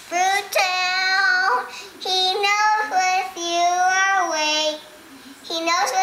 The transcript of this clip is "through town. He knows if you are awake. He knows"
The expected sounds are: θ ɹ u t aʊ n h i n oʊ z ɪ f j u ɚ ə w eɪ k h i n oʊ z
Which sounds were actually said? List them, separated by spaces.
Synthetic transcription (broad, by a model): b ɹ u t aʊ l h i n oʊ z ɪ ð j u ɚ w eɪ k h i n oʊ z